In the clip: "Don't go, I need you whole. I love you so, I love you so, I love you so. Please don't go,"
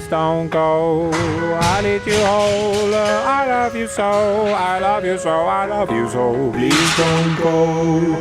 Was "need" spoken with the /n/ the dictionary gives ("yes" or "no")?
no